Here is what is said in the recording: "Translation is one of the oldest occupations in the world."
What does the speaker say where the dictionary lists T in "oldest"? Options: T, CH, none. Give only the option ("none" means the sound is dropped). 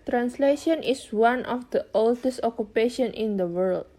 T